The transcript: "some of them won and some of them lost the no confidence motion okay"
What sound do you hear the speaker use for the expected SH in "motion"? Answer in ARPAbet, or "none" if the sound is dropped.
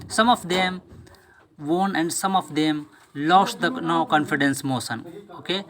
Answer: S